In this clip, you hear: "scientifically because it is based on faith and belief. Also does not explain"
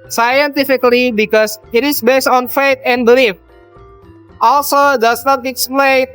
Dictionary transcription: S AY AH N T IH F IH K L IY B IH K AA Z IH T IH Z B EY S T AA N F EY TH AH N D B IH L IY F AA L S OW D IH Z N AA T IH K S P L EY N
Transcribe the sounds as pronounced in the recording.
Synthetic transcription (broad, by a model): S AY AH N T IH F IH K L IY B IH K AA S IH T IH S B EY S T AA N F EY T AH N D B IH L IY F AA L S OW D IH S N AA T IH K S P L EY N